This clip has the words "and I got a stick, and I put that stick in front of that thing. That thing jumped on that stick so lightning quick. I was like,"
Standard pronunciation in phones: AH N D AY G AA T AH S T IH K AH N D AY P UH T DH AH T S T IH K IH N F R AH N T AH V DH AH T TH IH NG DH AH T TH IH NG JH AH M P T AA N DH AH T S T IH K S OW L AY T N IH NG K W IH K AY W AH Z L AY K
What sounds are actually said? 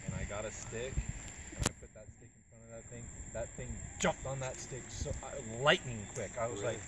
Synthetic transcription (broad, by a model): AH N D AY G AA T AH S T IH K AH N AY P UH T DH AH T S T IH K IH N F R AH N AH V DH AH T TH IH NG DH AH T TH IH NG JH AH M P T N DH AH T S T IH K S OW L AY T N IH NG K W IH K AY W AH Z L AY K